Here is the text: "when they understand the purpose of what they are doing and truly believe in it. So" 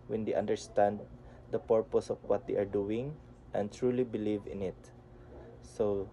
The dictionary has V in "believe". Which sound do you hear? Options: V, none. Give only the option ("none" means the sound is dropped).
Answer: V